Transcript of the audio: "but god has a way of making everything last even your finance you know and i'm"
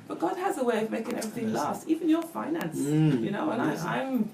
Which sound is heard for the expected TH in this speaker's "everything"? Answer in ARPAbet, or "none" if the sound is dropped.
TH